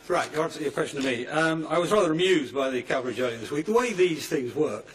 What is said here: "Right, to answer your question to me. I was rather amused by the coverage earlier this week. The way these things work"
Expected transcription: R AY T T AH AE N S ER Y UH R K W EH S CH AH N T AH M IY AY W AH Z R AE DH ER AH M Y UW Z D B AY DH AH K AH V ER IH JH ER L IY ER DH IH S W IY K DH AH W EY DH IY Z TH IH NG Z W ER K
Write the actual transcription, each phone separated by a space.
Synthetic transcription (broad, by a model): R AY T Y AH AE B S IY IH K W EH S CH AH N T AH M IY AY W AH Z R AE DH ER AH M Y UW Z D B AY DH AH K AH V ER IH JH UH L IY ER DH IH S W IY K DH AH W EY DH IY Z TH IH NG Z W ER K